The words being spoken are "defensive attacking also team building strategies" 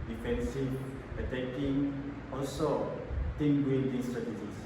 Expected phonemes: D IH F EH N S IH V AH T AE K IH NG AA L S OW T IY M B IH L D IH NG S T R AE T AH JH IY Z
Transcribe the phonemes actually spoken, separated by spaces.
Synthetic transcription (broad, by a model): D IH F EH N S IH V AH T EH K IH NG AA L S OW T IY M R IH N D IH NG S T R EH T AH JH IY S